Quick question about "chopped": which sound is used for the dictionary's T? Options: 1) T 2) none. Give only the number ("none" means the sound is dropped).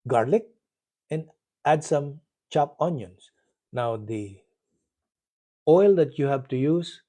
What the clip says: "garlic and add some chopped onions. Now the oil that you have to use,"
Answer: 2